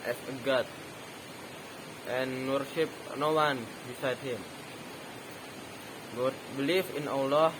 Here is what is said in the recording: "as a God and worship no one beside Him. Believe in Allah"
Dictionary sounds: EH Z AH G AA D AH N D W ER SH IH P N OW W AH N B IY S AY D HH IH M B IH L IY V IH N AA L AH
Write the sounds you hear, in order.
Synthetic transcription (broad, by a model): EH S AH G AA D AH N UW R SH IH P N OW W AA N B IY S AY D HH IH M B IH L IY F IH N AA L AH